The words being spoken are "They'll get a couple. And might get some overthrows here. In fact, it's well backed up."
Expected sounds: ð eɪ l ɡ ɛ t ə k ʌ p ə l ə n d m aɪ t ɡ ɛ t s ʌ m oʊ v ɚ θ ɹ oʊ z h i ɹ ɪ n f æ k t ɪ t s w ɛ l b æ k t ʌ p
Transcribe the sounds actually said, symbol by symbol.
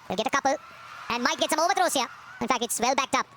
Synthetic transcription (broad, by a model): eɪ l ɡ ɛ t ə k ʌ p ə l ə n d m aɪ t ɡ ɛ t s ʌ m oʊ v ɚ t ɹ oʊ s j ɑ ɪ n f æ k t ɪ t s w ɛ l b æ k t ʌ p